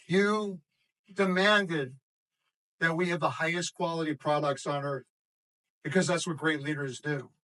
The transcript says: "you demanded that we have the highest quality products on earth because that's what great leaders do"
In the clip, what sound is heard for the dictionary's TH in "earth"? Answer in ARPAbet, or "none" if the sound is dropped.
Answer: TH